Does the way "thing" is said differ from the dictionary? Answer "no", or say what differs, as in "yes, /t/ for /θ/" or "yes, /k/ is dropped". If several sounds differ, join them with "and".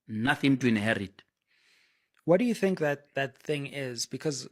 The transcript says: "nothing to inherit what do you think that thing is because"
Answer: no